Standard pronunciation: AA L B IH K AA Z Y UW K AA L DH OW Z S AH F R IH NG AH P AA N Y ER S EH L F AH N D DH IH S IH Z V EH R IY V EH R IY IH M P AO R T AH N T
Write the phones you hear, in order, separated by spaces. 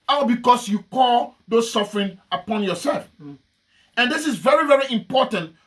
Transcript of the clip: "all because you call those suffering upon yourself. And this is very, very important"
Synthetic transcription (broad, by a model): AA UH B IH K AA S Y UW K AA L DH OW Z S AH F R IH NG AH P AA N Y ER S EH L F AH N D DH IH S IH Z V EH R IY V EH R IY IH M P AO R T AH N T